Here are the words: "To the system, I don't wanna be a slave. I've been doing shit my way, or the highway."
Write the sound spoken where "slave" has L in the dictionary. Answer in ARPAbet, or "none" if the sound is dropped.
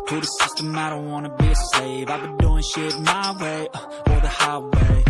none